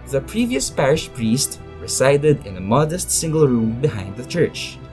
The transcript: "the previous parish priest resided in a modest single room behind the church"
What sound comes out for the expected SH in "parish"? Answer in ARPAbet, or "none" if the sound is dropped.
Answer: SH